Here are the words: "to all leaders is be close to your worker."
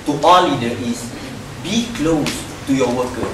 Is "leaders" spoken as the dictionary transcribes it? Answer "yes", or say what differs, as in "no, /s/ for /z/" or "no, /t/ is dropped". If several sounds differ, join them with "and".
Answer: no, /z/ is dropped